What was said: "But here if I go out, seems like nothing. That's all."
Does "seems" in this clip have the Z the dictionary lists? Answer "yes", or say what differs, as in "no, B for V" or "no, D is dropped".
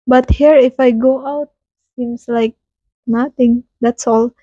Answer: no, S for Z